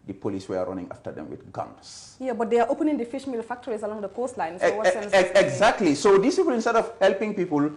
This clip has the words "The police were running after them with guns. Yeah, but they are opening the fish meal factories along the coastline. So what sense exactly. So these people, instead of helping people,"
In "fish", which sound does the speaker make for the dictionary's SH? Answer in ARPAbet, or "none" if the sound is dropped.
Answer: SH